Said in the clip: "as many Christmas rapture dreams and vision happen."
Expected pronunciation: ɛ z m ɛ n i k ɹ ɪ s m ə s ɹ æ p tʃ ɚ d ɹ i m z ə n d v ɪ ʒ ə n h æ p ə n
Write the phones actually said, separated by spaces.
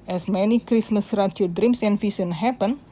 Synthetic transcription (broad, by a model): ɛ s m ɛ n i k ɹ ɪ s m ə s ɹ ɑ tʃ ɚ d ɹ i m s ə n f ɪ s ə n h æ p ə n